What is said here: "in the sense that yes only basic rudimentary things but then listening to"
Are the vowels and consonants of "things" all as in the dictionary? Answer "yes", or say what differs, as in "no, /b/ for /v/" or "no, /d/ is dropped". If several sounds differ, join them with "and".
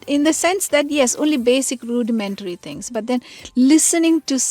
no, /t/ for /θ/